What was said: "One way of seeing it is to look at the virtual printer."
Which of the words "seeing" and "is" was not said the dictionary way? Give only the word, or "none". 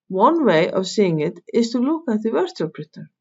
is